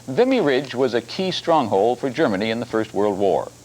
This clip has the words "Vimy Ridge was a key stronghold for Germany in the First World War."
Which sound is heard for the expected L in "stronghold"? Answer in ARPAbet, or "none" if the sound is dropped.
L